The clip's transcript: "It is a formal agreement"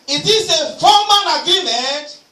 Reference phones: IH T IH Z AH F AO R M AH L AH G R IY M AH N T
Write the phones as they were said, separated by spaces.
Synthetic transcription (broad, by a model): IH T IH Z AH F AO M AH N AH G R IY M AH N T